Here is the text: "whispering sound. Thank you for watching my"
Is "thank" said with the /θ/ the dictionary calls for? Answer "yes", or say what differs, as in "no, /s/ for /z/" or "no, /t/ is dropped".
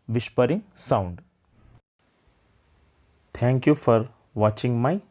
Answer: no, /t/ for /θ/